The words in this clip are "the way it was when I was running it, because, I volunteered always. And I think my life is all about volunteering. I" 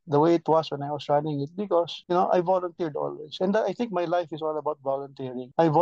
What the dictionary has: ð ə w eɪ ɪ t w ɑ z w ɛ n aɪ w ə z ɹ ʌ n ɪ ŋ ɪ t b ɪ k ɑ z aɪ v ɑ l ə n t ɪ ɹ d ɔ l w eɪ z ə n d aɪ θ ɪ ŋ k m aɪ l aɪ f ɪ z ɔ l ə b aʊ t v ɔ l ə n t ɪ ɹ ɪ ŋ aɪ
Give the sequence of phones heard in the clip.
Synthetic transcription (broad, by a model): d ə w eɪ ɪ t w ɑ s w ɛ n aɪ w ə s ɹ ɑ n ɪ ŋ ɪ t b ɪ k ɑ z aɪ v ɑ l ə n t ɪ ɹ d ɔ l w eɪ s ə n d aɪ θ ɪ ŋ k m aɪ l aɪ f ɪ s ɔ l ə b aʊ t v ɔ l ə n t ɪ ɹ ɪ ŋ aɪ